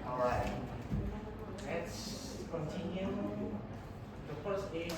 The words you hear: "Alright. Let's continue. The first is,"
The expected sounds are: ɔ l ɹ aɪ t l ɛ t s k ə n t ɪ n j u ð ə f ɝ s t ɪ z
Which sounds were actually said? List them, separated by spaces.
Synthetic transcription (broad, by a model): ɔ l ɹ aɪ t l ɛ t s k ə n t ɪ n j u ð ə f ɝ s ɪ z